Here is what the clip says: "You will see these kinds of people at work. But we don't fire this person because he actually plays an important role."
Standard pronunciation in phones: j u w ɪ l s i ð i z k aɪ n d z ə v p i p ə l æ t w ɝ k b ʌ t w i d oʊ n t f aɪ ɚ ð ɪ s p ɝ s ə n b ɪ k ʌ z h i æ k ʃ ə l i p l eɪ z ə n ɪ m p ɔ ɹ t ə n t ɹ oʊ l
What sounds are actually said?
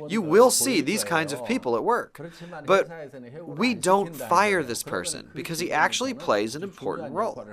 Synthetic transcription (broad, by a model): j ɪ w ɪ l s i ð i z k aɪ n d z ə v p i p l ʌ t w ɝ k b ʌ t w i d oʊ n t f aɪ ɚ ð ɪ s p ɝ s ə n b ɪ k ʌ z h i æ k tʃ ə l i p l eɪ z ə n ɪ m p ɔ ɹ t n t ɹ oʊ l